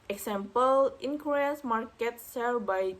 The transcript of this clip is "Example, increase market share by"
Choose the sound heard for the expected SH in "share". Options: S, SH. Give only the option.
S